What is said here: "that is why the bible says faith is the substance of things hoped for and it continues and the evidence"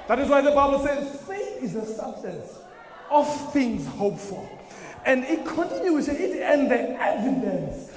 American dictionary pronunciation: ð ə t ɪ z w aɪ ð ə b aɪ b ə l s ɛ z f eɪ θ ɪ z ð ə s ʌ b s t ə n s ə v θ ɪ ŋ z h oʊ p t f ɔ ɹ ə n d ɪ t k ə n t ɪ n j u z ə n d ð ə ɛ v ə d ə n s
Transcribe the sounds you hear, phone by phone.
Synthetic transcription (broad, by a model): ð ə t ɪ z w aɪ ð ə b aɪ b ə l s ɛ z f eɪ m ɪ z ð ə s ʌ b s t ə n s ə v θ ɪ ŋ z h oʊ p f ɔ l ə n d ɪ t k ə n t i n j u s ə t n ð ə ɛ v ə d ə n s